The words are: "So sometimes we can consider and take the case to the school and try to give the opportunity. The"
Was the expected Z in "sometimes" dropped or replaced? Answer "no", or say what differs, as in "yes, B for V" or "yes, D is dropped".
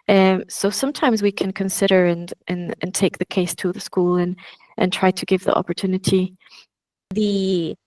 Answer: no